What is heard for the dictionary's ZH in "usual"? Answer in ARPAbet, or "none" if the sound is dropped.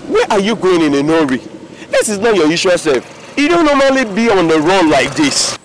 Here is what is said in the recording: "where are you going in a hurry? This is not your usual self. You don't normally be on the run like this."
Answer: SH